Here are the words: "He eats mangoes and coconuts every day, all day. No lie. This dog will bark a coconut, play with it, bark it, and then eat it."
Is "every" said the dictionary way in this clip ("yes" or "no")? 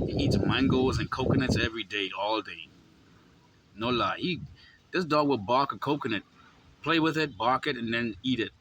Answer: yes